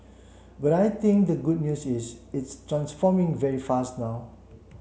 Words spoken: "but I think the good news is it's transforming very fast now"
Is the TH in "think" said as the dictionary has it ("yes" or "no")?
no